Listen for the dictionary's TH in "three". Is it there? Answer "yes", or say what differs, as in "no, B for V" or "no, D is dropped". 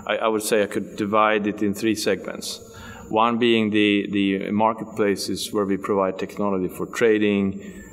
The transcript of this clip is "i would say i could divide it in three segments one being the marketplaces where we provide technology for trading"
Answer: yes